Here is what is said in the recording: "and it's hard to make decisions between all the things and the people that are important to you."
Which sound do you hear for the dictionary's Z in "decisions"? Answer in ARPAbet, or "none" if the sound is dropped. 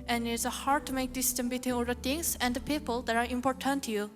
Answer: none